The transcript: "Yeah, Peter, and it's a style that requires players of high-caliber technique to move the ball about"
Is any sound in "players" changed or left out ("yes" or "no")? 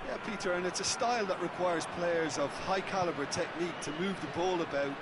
no